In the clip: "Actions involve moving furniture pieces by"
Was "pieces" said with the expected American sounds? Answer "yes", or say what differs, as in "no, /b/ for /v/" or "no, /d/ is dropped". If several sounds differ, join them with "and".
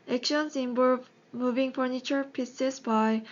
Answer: no, /s/ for /z/